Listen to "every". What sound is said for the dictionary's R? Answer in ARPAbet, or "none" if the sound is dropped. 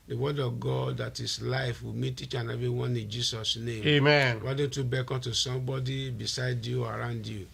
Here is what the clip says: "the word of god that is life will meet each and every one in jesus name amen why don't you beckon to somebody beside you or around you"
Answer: none